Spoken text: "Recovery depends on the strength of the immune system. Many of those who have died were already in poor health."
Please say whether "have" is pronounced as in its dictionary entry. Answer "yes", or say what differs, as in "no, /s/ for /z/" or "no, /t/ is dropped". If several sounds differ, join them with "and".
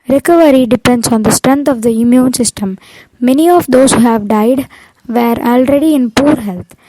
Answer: yes